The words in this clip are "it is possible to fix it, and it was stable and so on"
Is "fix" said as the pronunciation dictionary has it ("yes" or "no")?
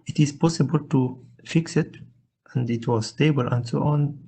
yes